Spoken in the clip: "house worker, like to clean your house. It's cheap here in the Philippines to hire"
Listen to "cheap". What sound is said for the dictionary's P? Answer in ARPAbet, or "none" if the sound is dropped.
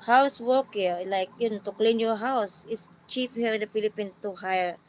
F